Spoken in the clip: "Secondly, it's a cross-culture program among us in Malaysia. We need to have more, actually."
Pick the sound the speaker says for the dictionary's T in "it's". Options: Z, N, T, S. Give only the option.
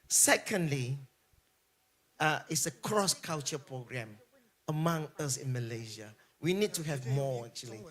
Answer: T